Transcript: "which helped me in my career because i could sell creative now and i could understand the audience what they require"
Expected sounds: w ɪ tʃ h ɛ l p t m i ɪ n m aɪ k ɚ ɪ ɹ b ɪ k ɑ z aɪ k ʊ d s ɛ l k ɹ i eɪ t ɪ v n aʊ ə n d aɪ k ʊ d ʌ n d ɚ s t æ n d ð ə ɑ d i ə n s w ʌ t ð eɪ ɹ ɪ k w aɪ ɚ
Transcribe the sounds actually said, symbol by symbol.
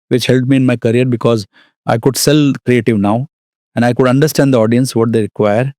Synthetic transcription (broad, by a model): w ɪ tʃ h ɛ l t m i ɪ n m aɪ k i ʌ ɹ b ɪ k ɑ z aɪ k ʊ d s ɛ l k ɹ i eɪ t ɪ v n aʊ ə n d aɪ k ʊ d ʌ n d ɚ s t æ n d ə ɑ d i ə n s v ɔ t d eɪ ɹ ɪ k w aɪ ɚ